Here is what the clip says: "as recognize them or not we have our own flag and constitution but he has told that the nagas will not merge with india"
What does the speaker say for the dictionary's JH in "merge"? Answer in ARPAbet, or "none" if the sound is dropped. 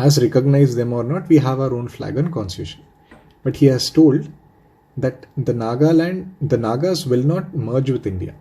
JH